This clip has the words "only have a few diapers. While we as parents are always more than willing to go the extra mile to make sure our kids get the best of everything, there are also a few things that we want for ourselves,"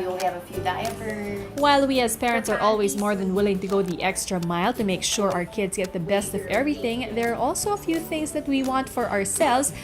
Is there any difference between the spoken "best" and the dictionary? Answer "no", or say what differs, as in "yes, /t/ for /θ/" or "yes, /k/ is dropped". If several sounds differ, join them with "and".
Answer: no